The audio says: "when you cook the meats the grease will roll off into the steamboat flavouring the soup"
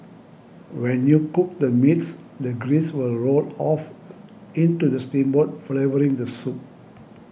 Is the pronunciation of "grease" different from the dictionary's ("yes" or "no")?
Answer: no